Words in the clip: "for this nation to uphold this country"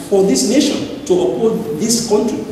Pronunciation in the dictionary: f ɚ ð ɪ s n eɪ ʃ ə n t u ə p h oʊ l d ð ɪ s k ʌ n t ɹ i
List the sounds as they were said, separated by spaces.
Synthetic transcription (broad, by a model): f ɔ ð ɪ s n eɪ ʃ ə n t u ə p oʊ d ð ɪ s k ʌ n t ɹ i